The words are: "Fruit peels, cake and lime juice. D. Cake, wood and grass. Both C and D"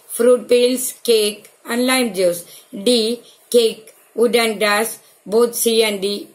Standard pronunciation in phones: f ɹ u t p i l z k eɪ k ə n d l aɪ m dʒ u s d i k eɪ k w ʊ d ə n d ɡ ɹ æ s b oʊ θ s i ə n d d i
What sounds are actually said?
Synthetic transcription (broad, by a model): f ɹ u t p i l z k eɪ k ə n l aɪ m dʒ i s d i k eɪ k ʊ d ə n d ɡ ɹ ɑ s b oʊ t s i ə n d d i